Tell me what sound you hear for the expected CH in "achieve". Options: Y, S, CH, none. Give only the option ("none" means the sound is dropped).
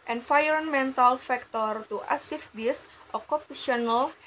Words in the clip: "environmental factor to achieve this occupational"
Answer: S